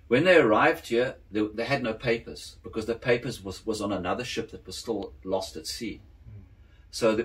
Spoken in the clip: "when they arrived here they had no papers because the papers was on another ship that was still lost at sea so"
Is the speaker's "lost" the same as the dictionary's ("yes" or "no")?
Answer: yes